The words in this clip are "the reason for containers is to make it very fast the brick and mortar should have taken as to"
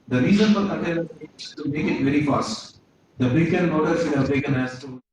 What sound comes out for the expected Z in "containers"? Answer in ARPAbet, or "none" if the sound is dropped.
none